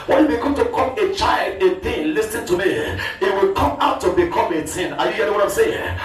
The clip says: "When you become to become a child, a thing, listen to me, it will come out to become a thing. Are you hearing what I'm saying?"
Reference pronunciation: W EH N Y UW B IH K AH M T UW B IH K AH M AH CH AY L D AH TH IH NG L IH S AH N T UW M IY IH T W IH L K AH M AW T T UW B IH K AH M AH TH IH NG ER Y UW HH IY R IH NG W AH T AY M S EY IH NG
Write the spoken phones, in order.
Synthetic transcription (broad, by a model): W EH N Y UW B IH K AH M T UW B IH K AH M AH CH AY L D AH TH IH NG L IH S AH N T UW M IY IH T W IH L K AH M AW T T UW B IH K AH M AH T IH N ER Y UW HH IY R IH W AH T AY M S EY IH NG